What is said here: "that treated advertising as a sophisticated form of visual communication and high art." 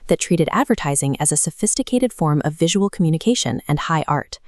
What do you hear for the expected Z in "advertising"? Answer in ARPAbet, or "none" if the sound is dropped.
Z